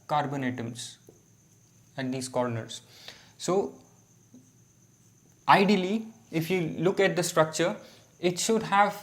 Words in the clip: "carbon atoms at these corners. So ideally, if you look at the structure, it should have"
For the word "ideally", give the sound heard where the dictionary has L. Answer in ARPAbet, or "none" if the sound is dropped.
L